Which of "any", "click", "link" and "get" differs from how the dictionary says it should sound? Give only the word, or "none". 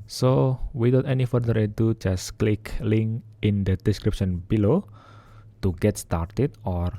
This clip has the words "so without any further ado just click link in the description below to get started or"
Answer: link